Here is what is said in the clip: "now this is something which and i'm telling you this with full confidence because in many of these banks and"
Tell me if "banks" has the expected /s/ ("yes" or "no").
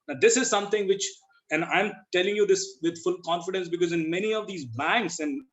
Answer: yes